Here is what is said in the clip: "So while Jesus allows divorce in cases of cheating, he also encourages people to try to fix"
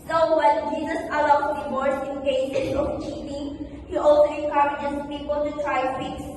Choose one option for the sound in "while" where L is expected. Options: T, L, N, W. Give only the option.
N